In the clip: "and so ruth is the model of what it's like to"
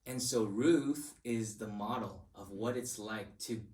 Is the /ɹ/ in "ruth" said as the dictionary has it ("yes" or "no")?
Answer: yes